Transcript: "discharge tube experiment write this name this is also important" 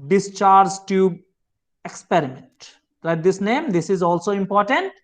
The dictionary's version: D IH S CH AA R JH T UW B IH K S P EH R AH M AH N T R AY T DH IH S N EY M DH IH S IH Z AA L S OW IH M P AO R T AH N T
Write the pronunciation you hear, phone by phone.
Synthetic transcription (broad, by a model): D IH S CH AA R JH T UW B IH K S P EH R AH M AH N T L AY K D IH S N EY M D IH S IH Z AA L S OW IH M P AO R T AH N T